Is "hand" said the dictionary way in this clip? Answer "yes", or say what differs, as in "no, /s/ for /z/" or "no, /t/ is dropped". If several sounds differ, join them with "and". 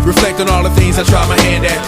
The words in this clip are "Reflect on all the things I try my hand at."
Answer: yes